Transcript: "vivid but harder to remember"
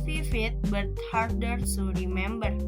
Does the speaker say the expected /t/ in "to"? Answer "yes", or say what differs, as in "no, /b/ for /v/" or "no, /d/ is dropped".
no, /s/ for /t/